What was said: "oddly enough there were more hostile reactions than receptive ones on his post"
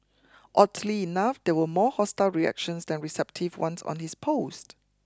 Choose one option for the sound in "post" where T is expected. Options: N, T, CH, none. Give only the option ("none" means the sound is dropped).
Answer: T